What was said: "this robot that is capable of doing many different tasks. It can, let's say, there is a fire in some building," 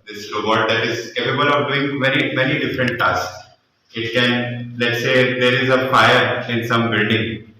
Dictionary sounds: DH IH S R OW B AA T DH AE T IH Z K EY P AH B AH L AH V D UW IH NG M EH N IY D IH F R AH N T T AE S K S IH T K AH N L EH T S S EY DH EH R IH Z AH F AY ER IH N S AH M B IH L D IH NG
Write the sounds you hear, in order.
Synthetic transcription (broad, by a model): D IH S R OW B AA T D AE T IH Z K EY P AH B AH N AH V D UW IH NG M EH N IY D IH F R AH N T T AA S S IH T K AH N L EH T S S EY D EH R IH Z AH F AY ER IH N S AH M B IH L D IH NG